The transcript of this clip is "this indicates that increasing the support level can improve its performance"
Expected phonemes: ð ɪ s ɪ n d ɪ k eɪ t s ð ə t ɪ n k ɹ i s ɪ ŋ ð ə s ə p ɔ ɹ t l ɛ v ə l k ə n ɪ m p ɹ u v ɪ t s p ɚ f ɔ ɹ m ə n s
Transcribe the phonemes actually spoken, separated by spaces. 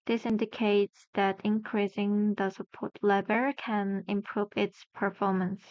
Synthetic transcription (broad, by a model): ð ɪ s ɪ n d ɪ k eɪ t s ð ə t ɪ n k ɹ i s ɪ ŋ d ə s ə p ɔ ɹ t l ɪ b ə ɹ k ə n ɪ m p ɹ u v ɪ t s p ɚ f ɔ ɹ m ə n s